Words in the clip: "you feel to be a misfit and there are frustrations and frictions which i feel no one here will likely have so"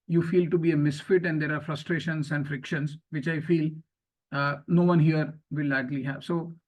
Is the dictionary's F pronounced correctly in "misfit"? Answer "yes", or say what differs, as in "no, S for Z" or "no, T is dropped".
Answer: yes